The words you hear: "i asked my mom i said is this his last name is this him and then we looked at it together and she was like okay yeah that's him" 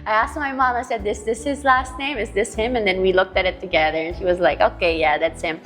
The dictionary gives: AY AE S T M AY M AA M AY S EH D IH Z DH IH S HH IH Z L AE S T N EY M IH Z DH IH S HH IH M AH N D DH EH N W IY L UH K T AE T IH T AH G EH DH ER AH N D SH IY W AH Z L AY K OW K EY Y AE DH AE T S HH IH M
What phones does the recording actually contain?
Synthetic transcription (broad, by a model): AY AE S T M AY M AA M AY S EH D IH S DH IH S HH IH Z L AE S T N EY M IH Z DH IH S HH IH M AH N DH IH N W IY L UH K T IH T IH T AH G EH DH ER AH N SH IY W AH Z L AY K OW K EY Y AE DH AE T S HH IH M